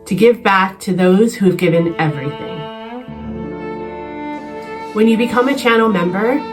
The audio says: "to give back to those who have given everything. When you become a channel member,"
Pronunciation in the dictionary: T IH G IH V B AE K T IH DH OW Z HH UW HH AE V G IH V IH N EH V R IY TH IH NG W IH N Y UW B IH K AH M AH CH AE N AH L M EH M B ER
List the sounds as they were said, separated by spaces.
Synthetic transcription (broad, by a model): T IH G IH V B AE K T IH DH OW Z HH UW V G IH V IH N EH V R IY TH IH NG W IH N Y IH B IH K AH M AH CH AE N L M EH M B ER